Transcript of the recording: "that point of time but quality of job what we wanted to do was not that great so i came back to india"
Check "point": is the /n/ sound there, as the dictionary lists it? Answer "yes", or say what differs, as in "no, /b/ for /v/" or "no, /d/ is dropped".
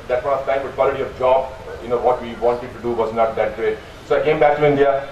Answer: no, /n/ is dropped